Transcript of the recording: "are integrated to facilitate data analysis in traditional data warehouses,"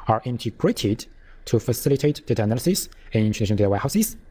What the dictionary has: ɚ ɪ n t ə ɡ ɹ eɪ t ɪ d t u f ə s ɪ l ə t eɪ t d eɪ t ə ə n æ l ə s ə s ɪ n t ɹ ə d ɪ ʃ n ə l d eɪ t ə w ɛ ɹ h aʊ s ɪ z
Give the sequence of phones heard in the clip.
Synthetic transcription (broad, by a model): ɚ ɪ n t ə ɡ ɹ eɪ t ɪ d t u f ə s ɪ l ə t eɪ t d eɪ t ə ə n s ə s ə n ɪ n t ə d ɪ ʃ ə n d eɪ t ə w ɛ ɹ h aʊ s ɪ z